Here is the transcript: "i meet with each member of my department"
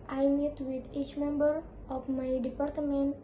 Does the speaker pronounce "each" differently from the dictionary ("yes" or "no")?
no